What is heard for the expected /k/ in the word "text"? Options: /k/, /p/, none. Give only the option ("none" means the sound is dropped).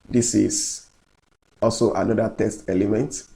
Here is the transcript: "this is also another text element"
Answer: none